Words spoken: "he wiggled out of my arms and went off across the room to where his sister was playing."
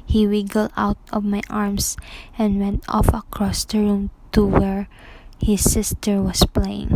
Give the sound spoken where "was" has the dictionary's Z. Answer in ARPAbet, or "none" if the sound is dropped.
S